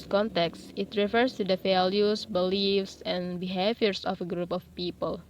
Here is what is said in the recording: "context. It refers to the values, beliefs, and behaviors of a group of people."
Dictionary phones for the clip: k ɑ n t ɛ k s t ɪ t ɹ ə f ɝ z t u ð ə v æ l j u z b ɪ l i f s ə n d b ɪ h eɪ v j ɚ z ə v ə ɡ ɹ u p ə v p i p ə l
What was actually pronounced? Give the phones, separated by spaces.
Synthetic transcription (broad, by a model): k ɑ n t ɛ k s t ɪ t ɹ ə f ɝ s t u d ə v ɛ l j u s b ɪ l i f s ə n b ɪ h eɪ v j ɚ s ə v ə ɡ ɹ u p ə f p i p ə l